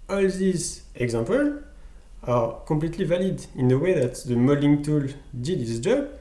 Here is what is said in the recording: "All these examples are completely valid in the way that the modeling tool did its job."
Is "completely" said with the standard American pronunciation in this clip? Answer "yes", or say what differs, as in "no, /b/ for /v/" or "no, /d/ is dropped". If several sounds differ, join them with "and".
no, /m/ is dropped